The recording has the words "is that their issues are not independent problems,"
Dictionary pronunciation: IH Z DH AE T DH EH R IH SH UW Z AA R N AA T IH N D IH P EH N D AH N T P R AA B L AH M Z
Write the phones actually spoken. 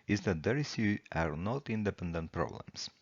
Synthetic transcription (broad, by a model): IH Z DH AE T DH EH R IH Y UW AA R N AA T IH N D IH P EH N D AH N T P R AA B L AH M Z